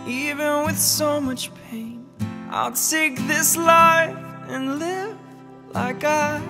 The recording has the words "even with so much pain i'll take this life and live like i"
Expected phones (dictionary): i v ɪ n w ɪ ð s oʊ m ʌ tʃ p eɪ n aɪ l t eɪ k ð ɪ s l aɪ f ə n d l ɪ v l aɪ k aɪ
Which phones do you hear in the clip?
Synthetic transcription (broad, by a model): i v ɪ n w ɪ ð s oʊ m ʌ tʃ p eɪ n aɪ l s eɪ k ð ɪ s l aɪ f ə n l ɪ v l aɪ k aɪ